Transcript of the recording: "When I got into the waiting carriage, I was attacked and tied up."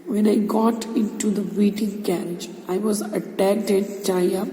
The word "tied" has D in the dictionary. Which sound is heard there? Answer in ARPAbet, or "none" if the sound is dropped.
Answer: none